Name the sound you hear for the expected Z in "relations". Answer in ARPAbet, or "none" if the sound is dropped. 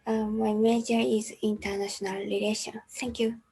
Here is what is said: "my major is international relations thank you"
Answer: none